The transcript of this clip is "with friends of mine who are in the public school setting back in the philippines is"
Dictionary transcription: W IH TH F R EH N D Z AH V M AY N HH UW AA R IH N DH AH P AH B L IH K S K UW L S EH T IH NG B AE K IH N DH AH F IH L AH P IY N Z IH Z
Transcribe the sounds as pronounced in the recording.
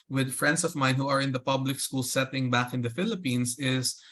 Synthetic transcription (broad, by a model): W IH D F R EH N D S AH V M AY N HH UW AA R IH N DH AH P AH B L IH K S K UW L S EH T IH NG B AE K IH N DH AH F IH L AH P IY N S IH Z